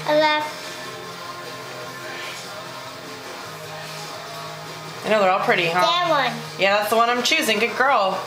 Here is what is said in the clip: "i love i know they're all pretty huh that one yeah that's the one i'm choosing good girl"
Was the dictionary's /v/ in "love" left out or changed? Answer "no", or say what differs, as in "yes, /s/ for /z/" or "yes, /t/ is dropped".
yes, /f/ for /v/